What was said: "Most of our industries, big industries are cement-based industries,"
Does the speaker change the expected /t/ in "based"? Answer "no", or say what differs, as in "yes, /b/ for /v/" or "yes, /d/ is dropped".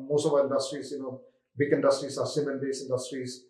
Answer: yes, /t/ is dropped